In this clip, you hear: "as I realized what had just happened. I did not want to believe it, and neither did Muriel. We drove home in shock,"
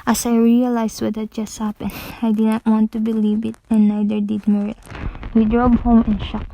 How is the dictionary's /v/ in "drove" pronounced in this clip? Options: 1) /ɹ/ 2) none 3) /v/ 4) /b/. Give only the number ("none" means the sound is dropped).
4